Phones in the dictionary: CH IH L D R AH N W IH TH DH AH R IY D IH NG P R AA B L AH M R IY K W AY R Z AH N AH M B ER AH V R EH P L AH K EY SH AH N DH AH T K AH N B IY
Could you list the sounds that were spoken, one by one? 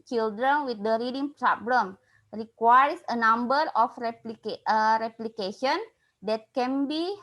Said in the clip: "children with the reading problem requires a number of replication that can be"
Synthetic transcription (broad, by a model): CH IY L D R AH N W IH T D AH R IY D IH NG P R AA B L AH M R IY K W AY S AH N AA M B ER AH P R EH P L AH K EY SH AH N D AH T K AH N B IY